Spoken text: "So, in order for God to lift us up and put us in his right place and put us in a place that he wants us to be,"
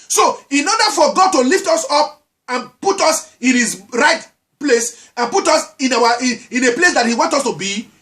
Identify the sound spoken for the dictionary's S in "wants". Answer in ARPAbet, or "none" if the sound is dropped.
none